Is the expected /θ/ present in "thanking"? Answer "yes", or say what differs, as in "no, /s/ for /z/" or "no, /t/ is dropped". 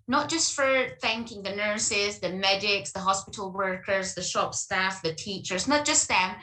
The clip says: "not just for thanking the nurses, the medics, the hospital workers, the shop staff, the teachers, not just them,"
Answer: yes